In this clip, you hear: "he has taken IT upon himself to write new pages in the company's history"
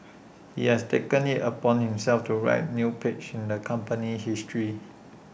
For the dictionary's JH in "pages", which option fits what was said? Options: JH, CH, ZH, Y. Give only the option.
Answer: CH